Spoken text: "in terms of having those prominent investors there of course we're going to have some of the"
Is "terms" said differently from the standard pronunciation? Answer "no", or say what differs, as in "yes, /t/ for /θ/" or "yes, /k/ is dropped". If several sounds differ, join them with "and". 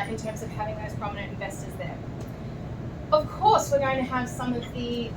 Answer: no